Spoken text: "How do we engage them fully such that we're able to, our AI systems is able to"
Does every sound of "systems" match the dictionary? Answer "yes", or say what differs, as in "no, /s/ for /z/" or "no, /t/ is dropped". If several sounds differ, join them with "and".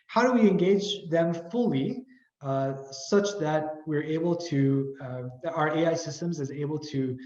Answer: yes